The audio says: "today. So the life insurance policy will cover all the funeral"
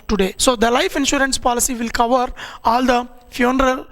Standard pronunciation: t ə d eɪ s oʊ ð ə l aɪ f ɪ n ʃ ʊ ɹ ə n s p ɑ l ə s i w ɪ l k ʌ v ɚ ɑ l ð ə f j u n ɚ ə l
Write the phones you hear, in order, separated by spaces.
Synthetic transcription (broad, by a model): t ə d eɪ s oʊ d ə l aɪ f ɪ n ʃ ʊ ɹ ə n s p ɑ l ə s i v ɪ l k ʌ v ɚ ɑ l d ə f j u n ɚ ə l